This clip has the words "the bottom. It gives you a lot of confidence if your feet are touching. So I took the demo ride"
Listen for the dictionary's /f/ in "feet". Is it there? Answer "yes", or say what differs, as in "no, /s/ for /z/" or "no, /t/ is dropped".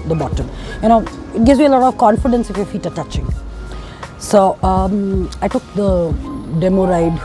yes